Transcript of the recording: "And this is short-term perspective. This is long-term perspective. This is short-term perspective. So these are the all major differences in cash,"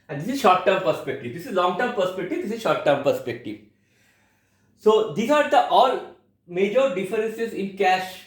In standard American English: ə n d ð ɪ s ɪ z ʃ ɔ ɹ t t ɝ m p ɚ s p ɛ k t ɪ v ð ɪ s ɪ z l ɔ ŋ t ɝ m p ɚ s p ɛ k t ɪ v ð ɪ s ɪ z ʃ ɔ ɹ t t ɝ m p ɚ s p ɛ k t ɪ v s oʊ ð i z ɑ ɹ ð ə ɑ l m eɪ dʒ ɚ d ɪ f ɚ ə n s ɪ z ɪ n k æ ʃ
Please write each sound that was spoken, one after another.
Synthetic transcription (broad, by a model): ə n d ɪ s ɪ z ʃ ɔ ɹ t t ɝ m p ɚ s p ɛ k t ɪ v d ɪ s ɪ z l ɔ ŋ t ɝ m p ɚ s p ɛ k t ɪ v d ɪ s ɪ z ʃ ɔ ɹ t t ɝ m p ɚ s p ɛ k t ɪ v s oʊ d i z ɑ ɹ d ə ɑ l m eɪ dʒ ɚ d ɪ f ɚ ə n s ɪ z ɪ n k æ ʃ